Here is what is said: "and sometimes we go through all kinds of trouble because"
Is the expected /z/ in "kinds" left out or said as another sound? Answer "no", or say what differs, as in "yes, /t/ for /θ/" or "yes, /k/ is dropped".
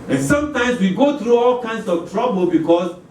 yes, /s/ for /z/